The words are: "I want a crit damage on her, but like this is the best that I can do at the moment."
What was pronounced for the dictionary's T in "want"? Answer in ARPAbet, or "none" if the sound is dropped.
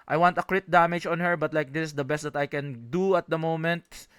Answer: T